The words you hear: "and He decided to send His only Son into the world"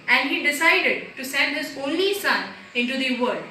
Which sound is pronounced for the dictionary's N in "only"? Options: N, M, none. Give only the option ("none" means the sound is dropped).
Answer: N